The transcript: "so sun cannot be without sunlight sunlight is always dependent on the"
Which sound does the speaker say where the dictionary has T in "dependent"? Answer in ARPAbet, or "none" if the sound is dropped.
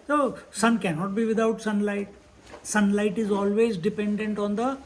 T